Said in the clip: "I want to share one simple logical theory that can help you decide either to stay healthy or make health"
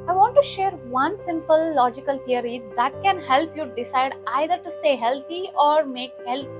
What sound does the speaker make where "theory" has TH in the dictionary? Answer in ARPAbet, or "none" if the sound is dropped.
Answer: T